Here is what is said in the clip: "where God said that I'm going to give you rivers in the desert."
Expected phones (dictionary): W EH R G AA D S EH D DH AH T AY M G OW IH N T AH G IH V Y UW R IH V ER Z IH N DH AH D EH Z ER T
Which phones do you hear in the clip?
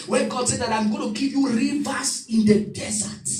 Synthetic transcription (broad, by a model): W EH G AA D S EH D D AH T AY M G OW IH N T AH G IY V Y UW R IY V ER S IH N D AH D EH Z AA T